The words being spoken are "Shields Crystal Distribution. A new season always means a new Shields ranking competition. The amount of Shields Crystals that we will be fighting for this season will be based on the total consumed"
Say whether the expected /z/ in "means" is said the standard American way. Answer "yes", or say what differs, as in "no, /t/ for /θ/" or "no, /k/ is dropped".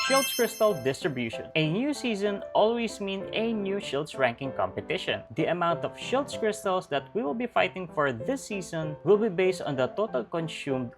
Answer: no, /z/ is dropped